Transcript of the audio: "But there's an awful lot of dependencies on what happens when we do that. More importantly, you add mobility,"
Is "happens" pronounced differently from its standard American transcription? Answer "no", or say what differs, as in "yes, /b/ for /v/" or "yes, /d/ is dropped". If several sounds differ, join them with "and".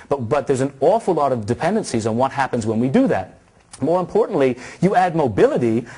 no